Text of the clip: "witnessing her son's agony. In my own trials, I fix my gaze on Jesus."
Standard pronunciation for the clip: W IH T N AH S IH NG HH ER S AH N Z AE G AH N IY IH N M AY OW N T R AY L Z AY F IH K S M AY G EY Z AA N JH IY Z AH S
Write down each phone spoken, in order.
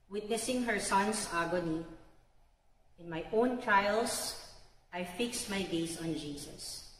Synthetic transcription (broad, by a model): W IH T N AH S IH NG HH ER S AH N S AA G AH N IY IH N M AY OW N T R AY L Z AY F IH K S M AY G EY S AA N JH IY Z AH S